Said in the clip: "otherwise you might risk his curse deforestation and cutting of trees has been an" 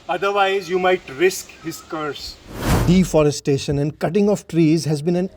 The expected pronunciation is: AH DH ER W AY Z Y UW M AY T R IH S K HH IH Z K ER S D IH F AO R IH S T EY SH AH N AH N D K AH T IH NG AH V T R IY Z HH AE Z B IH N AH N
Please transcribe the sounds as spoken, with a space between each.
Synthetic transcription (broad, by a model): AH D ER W AY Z Y UW M AY T R IH S K HH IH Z K ER S D IH F AO R IH S T EY SH AH N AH N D K AH T IH NG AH F T R IY Z HH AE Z B IH N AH N